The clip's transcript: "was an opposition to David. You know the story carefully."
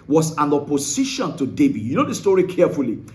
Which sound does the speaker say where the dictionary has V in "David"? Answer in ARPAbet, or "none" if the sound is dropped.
B